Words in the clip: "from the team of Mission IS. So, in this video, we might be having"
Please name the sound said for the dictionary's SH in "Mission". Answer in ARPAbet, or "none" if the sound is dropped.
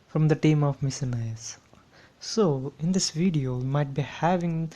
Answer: S